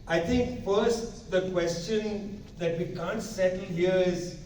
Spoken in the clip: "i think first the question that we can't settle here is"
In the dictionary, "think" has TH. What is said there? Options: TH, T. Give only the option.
T